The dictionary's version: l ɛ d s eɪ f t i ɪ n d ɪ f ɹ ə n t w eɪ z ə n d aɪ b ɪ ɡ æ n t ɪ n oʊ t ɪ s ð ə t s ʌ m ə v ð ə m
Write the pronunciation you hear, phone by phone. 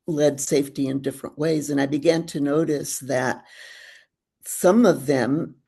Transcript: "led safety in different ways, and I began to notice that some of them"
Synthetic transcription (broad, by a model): l ɛ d s eɪ f t i ɪ n d ɪ f ɹ ə n t w eɪ z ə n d aɪ b ɪ ɡ æ n t ɪ n oʊ t ɪ s ð ə t s ʌ m ə v ð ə m